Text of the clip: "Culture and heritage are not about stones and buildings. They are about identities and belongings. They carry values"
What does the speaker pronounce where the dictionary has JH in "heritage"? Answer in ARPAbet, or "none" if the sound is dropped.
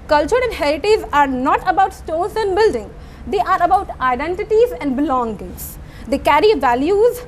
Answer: Z